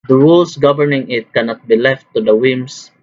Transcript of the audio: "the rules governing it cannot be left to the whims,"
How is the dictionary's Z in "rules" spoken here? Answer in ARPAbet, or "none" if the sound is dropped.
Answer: S